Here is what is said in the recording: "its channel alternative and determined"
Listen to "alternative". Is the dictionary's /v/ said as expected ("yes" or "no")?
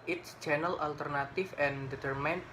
no